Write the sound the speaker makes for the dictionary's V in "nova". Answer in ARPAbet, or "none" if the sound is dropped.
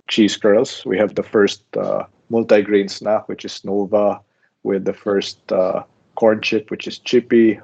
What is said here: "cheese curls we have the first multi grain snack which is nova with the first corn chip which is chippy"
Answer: V